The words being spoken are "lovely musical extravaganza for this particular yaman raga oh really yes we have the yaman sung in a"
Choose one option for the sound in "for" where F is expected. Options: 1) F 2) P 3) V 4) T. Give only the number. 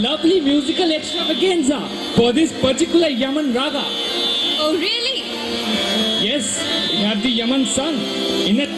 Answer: 2